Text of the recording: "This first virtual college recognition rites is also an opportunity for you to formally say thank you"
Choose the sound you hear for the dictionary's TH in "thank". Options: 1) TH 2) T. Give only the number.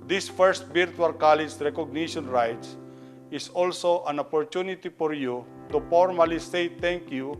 2